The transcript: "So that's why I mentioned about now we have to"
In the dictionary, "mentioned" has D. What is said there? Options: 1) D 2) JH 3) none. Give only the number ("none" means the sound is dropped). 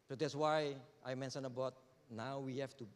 3